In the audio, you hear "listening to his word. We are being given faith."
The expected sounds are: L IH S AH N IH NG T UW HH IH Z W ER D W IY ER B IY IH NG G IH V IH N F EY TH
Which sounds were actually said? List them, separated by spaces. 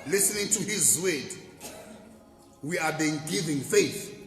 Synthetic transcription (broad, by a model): L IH S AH N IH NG T UW HH IH Z W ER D W IY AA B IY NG G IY V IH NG F EY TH